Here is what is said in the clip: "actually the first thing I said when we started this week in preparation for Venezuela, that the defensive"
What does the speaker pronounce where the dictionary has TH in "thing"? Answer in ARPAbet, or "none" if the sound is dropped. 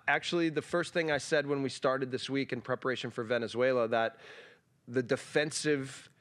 TH